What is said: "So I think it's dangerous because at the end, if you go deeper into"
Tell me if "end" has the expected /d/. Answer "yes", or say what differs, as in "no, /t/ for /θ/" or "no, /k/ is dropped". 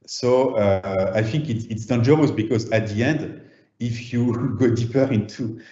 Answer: yes